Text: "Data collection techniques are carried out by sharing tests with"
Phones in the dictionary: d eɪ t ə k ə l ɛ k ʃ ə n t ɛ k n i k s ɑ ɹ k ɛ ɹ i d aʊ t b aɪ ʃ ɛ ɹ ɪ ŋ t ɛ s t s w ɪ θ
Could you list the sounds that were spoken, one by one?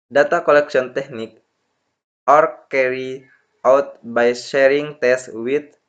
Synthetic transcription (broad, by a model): d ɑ t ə k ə l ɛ k s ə n t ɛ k n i k ɑ ɹ k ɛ ɹ i aʊ t b aɪ ʃ ɛ ɹ ɪ ŋ t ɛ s s w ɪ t